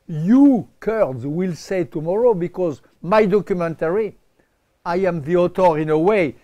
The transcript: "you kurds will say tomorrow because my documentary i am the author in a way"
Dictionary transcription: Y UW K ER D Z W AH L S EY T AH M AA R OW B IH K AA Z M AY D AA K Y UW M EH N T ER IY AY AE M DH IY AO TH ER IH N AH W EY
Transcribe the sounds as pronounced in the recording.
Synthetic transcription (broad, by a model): Y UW K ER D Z W AH L S EY T AH M AA R OW B IH K AA Z M AY D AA K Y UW M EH N T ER IY AY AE M DH IY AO T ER IH N AH W EY